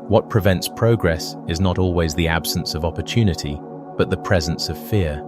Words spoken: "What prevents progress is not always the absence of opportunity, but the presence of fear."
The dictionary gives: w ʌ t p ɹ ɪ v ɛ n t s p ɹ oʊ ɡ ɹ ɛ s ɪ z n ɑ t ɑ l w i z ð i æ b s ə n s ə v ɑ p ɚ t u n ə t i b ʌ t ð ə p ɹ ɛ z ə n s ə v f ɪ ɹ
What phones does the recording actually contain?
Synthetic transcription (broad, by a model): w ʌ t p ɹ ɪ v ɛ n t s p ɹ oʊ ɡ ɹ ɛ s ɪ z n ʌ t ɑ l w i z ð i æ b s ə n s ə v ɑ p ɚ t u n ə t i b ʌ t ð ə p ɹ ɛ z ə n s ə v f ɪ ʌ